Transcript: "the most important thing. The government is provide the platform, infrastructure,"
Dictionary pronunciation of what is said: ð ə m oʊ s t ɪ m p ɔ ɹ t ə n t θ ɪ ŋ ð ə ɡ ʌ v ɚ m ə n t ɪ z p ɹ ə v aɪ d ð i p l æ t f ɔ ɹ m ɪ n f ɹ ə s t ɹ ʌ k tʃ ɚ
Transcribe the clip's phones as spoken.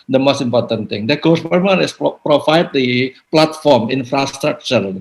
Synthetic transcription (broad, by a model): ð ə m oʊ s t ɪ m p ɔ ɹ t ə n t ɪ ŋ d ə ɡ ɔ p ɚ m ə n ɪ s p ɹ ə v aɪ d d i p l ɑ t f ɔ ɹ m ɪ n f ɹ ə s t ɹ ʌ k tʃ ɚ